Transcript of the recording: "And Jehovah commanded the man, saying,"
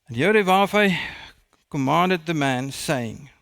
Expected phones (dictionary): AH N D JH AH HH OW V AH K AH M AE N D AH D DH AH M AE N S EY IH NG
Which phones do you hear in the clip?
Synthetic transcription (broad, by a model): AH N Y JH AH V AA F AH K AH M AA N D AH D DH AH M AE N S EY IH NG